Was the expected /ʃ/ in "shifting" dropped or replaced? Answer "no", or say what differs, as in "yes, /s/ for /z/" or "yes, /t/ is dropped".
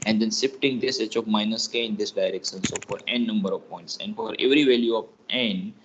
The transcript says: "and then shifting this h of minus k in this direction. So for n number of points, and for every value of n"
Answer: yes, /s/ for /ʃ/